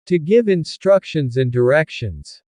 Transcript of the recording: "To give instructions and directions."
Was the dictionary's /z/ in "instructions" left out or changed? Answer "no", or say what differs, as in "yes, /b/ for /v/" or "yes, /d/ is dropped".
no